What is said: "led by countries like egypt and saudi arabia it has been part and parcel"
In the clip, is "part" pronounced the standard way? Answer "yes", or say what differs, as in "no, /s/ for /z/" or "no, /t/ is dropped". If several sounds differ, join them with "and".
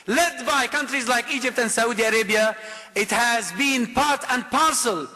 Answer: yes